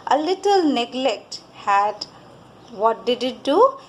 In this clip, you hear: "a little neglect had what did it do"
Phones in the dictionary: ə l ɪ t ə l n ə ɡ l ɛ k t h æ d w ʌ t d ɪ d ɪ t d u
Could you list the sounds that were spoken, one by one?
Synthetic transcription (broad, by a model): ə l ɪ t ə l n ə ɡ l ɛ k t h æ d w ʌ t d ɪ d ɪ t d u